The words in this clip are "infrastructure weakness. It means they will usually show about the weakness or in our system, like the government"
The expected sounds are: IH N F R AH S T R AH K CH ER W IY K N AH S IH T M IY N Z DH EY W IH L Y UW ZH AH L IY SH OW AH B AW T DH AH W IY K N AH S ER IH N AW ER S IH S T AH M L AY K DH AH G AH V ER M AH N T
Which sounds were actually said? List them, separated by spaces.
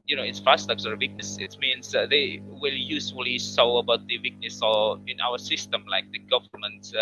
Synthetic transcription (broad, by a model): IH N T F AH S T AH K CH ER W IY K N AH S IH T M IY N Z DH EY W IH L Y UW S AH L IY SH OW AH B AW T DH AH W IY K N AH S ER IH N AW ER S IH S T AH M L AY K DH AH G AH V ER M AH N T